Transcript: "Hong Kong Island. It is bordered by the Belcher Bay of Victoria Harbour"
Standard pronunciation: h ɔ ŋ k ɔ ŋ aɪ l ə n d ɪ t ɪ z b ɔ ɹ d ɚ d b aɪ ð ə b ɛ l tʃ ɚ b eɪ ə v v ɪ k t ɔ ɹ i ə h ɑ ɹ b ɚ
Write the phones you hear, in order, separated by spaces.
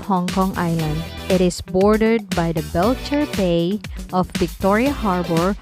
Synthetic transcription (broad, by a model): h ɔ ŋ k ɔ ŋ aɪ l ə n d ɪ t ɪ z b ɔ ɹ d ɚ d b aɪ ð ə b ɛ l tʃ ɚ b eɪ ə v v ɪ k t ɔ ɹ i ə h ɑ ɹ b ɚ